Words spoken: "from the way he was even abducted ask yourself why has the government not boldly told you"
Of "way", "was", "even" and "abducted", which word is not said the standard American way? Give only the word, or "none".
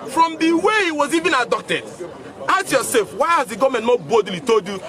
abducted